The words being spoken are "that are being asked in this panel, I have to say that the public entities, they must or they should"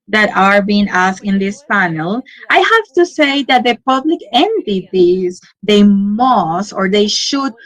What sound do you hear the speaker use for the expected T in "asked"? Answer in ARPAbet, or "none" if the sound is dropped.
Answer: none